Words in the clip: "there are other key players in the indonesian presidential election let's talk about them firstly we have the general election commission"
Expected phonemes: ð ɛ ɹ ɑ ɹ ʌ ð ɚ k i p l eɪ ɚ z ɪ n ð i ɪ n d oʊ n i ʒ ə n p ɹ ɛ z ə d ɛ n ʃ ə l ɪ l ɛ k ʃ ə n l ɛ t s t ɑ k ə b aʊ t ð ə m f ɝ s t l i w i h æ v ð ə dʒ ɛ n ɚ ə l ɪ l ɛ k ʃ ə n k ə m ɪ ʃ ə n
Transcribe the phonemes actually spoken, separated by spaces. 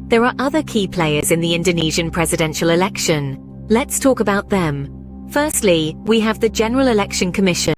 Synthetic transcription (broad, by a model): ð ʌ ɹ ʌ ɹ ʌ ð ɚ k i p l eɪ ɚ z ɪ n ð i ɪ n d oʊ n i ʒ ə n p ɹ ɛ z ə d ɛ n ʃ ə l ɪ l ɛ k ʃ ə n l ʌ t s t ɑ k ə b aʊ t ð ə m f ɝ s t l i w i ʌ v ð ə dʒ ɛ n ɚ ə l ɪ l ɛ k ʃ ə n k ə m ɪ ʃ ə n